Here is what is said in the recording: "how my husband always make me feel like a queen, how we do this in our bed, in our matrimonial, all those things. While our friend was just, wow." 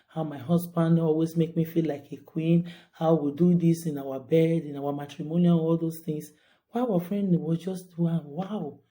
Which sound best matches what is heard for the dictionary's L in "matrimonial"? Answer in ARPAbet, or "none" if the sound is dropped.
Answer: N